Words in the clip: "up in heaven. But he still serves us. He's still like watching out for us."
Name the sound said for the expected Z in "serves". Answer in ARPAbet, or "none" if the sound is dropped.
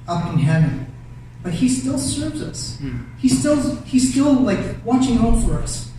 Z